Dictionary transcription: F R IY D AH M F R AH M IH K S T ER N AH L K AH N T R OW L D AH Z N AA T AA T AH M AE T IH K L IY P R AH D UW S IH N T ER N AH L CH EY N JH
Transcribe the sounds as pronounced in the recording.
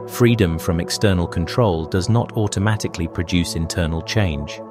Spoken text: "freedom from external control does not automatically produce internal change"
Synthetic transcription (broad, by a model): F R IY D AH M F R AH M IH K S T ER N AH L K AH N T R OW L D AH Z N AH T AA T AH M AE T IH K L IY P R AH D UW S IH N T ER N AH L CH EY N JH